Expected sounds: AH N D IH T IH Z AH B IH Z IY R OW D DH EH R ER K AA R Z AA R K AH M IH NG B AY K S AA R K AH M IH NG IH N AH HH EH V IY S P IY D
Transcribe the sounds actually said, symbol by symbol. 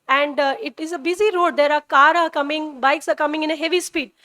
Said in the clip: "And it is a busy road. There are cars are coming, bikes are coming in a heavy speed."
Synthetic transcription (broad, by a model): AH N D IH T IH Z AH B IH Z IY R OW D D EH R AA K AA R AA R K AH M IH NG B AY K S AA R K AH M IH NG IH N AH HH EH V IY S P IY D